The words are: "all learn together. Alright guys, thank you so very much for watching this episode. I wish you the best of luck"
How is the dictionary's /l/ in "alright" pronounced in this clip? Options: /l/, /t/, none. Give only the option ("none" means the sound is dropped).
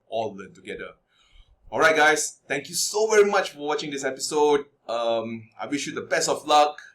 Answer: /l/